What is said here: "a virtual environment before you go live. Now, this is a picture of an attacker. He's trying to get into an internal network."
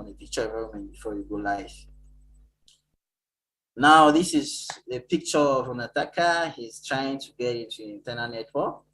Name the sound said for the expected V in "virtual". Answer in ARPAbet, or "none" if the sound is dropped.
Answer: P